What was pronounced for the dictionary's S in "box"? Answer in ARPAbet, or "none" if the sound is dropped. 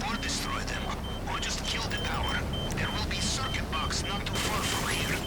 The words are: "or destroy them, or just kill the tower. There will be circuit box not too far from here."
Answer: S